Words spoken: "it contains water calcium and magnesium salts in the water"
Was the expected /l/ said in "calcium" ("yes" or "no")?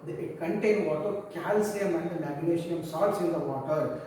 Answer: yes